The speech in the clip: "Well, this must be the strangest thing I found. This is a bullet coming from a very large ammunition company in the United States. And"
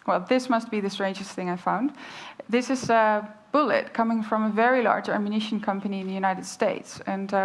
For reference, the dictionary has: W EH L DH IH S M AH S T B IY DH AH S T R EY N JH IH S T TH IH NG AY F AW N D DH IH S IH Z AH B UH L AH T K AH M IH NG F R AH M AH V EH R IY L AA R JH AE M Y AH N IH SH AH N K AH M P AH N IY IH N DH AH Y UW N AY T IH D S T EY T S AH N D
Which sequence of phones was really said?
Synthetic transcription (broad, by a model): W EH L DH IH S M AH S T B IY DH AH S T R EY N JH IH S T TH IH NG AY F AW N D DH IH S IH Z AH B UH L AH T K AH M IH NG F R AH M AH V EH R IY L AA R JH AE M Y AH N IH SH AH N K AH M P AH N IY IH N DH AH Y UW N AY T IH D S T EY T S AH N